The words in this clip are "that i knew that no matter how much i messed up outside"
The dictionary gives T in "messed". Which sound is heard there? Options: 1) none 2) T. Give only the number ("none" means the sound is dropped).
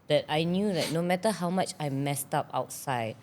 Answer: 2